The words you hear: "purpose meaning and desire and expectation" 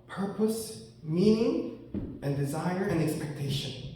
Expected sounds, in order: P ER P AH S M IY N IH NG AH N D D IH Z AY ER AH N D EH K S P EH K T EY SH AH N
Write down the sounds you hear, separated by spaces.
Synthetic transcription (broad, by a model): P ER P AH S M IY N IH NG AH N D D IH Z AY ER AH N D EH K S P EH K T EY SH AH N